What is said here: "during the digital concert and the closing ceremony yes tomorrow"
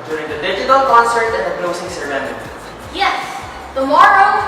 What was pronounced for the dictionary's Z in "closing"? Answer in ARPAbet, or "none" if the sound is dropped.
S